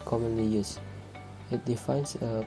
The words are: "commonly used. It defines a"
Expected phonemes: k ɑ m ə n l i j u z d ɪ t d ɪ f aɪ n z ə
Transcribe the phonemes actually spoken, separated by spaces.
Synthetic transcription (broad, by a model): k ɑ m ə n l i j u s ɪ t d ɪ f aɪ n s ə